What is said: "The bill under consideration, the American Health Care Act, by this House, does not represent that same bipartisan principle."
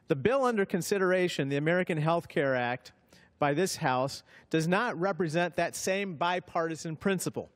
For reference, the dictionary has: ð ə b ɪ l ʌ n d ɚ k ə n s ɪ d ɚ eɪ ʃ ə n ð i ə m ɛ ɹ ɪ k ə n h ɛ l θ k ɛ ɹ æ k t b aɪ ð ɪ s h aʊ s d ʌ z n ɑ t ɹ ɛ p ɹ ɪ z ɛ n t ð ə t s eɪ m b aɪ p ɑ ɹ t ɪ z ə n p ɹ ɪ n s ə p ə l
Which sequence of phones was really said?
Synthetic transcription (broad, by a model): ð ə b ɪ l ʌ n d ɚ k ə n s ɪ d ɚ eɪ ʃ ə n ð i ə m ɛ ɹ ɪ k ə n h ɛ l θ k ɛ ɹ æ k t b aɪ ð ɪ s h aʊ s d ʌ z n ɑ t ɹ ɛ p ɹ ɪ z ɛ n ð ə t s eɪ m b aɪ p ɑ ɹ t ɪ z ə n p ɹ ɪ n s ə p l